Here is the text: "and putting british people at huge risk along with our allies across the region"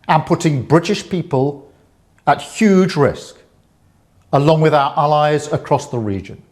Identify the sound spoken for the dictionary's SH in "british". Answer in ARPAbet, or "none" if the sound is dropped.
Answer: SH